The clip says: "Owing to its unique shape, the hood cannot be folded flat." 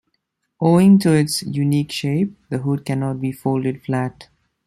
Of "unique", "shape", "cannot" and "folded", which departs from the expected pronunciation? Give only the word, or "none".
none